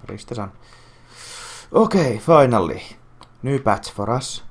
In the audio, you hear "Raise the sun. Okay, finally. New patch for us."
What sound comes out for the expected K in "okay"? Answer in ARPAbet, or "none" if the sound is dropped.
K